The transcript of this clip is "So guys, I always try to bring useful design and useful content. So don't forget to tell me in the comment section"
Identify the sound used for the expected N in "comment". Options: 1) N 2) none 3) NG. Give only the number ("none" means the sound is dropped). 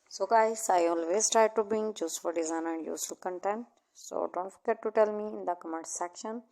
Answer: 2